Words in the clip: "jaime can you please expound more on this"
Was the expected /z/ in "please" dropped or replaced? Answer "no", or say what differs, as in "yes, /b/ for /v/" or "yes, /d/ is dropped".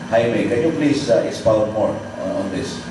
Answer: yes, /s/ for /z/